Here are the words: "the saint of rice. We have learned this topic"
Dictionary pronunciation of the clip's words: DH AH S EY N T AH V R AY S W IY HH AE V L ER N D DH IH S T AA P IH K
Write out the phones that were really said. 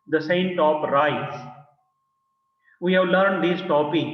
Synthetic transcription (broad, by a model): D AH S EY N T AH P R AY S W IY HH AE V L ER N D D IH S T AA P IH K